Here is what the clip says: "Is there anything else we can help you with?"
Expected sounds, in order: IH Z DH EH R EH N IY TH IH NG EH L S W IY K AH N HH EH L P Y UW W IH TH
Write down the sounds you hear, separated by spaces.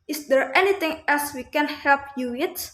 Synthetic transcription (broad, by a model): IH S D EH R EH N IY T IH NG EH L S W IY K AH N HH EH L P Y UW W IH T